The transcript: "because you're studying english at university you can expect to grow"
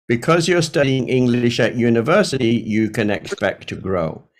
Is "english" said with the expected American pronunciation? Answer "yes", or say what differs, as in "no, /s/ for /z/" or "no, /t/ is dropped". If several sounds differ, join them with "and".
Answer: yes